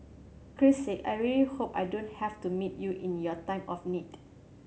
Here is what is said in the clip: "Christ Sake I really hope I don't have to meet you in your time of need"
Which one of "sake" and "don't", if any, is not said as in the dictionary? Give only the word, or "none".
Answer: sake